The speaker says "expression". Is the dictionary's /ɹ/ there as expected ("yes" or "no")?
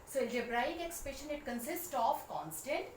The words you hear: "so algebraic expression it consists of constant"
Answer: no